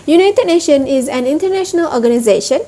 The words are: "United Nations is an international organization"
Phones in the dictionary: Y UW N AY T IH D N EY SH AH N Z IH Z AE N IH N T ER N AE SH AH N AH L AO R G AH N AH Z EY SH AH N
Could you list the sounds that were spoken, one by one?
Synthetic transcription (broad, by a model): Y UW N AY T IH D N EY SH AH N IH Z AE N IH N T ER N AE SH AH N AH L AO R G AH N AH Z EY SH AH N